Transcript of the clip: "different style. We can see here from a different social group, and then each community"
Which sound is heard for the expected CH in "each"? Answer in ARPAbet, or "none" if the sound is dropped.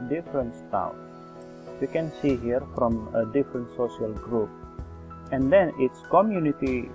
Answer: S